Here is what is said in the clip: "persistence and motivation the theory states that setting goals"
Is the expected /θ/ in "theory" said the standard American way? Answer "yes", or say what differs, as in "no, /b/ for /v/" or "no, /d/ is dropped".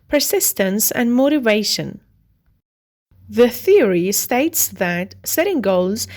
yes